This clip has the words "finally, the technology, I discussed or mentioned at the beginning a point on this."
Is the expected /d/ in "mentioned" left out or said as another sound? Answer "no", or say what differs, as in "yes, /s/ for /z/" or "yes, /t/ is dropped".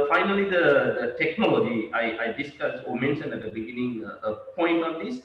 yes, /d/ is dropped